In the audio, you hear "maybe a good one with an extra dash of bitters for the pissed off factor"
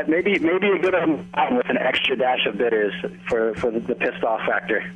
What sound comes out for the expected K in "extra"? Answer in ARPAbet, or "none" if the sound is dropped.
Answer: K